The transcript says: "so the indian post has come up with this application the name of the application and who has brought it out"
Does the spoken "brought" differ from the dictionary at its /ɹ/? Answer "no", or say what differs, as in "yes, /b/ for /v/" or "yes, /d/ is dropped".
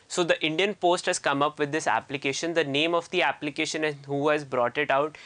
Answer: no